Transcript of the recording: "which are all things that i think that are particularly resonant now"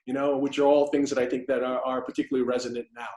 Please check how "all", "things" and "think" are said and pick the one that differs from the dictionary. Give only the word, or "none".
none